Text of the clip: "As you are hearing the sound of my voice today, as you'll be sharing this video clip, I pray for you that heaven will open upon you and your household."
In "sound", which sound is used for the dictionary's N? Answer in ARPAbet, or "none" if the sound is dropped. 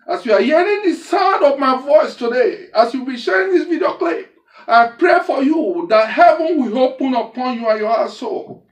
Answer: none